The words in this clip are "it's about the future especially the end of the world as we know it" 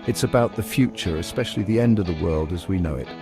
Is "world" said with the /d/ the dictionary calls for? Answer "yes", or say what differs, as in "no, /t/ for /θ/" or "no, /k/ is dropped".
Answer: yes